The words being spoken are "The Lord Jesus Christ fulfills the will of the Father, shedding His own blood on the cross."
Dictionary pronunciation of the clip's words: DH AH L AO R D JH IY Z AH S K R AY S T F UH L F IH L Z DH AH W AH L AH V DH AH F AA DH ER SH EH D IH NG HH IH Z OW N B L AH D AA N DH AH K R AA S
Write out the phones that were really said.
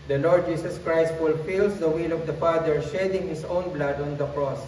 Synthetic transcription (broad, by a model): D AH L AO R D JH IY S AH S K R AY S T F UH L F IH L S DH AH W AH L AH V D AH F AA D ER SH EH D IH NG HH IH S OW N B L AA D AA N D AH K R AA S